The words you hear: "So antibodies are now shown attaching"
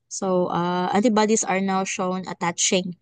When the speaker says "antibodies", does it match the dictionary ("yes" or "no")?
no